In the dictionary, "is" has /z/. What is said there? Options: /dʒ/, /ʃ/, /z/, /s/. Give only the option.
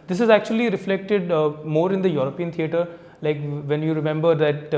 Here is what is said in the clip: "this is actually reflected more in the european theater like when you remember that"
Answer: /z/